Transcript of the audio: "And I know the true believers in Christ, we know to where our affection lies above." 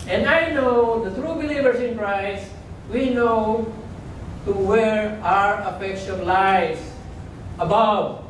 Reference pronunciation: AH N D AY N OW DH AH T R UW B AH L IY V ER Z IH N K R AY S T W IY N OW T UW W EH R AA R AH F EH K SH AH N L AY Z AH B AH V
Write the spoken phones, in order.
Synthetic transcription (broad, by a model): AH N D AY N OW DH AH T R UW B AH L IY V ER S IH N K R AY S W IY N OW T UW W EH R AA R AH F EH K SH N L AY S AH B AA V